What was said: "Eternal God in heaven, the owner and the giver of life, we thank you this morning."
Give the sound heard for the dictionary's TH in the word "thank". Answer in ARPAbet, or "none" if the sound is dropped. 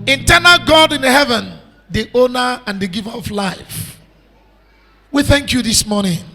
TH